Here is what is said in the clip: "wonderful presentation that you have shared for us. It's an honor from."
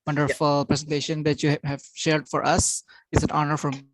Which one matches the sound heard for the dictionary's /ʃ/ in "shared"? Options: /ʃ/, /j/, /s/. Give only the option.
/ʃ/